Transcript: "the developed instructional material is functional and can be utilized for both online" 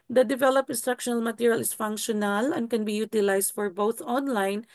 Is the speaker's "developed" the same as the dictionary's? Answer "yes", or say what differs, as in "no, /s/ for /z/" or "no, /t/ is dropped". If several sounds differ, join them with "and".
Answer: no, /t/ is dropped